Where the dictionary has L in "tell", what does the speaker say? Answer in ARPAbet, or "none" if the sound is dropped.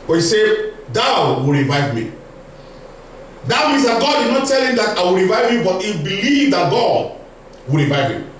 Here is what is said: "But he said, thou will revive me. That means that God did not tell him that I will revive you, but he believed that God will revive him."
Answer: L